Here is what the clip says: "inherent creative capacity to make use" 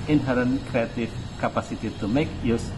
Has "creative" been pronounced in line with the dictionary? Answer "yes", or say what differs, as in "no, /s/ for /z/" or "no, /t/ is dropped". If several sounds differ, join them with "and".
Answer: no, /f/ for /v/